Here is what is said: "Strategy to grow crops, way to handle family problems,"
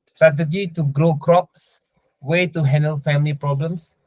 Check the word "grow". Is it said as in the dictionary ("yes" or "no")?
yes